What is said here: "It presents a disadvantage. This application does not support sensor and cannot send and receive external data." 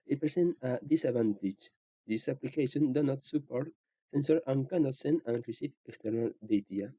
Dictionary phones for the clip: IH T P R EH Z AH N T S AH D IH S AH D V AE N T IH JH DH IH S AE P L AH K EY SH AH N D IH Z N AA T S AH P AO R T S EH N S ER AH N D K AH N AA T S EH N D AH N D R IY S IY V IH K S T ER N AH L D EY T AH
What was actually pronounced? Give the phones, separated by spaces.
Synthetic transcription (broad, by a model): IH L P R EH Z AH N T AH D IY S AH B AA N T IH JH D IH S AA P L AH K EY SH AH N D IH N AA T S AH P AO R T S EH N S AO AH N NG K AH N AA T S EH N AH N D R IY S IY F IH K S T ER N AH L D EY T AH